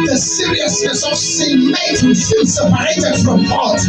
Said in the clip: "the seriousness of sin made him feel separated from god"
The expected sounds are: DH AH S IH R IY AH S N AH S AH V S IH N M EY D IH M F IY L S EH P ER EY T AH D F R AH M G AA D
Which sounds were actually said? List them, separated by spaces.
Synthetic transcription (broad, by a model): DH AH S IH R IY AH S AH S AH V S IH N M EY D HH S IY N S EH P ER EY T AH D F R AH M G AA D